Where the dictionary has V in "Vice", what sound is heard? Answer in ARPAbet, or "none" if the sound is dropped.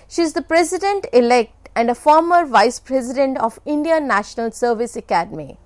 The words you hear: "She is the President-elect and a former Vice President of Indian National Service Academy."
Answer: V